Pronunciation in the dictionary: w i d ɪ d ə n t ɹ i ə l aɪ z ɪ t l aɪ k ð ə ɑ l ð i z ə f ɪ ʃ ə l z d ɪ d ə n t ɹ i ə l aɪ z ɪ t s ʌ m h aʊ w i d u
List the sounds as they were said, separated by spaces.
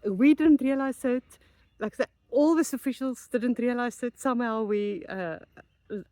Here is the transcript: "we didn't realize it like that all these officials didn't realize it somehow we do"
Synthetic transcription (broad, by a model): w i d ɪ d ə n t ɹ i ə l aɪ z ɪ t l aɪ k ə ɑ l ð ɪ s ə f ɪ ʃ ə l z d ɪ d ə n t ɹ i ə l aɪ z ɪ t s ʌ m h aʊ w i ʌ